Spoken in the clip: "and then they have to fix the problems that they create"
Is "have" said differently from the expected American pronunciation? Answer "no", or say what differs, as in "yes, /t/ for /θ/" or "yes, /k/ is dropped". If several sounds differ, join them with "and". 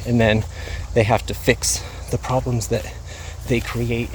yes, /f/ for /v/